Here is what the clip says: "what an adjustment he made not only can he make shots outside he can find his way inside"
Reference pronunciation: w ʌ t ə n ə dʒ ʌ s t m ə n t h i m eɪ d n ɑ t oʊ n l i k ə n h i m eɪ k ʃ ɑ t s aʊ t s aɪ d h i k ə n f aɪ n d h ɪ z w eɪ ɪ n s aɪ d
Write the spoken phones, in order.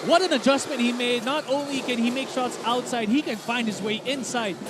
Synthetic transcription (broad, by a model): w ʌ t ə n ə dʒ ʌ s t m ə n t h i m eɪ d n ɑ t oʊ n l i k ə n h i m eɪ k ʃ ɑ t s aʊ t s aɪ d h i k ə n f aɪ n d h ɪ z w eɪ ɪ n s aɪ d